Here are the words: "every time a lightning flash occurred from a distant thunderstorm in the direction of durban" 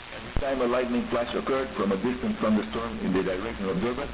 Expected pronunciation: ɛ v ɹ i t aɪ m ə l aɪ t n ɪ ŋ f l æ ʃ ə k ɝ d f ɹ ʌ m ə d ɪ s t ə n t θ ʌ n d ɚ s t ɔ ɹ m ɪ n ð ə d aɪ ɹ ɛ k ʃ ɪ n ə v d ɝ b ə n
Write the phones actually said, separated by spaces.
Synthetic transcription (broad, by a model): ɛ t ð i t aɪ m ə l aɪ t n ɪ ŋ f l æ ʃ ə k ɝ d f ɹ ʌ m ə d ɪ s t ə n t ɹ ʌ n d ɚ s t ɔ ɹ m ɪ n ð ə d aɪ ɹ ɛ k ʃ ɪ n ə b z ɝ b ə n